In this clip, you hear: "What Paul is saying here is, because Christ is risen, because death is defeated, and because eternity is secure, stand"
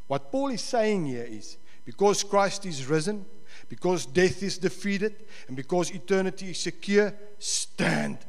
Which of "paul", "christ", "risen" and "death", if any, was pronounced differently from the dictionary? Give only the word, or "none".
none